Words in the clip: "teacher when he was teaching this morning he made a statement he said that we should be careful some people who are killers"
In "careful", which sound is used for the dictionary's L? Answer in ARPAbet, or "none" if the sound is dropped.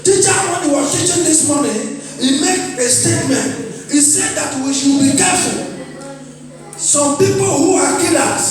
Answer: N